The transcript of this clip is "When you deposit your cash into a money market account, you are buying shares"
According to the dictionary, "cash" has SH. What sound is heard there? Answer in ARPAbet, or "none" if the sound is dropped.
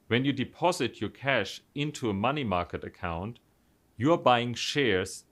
SH